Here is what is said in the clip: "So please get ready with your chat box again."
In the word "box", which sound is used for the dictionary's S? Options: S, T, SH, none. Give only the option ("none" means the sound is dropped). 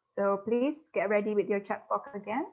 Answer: none